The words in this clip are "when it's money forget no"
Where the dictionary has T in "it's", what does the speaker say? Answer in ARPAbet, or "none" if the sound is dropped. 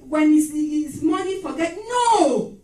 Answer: S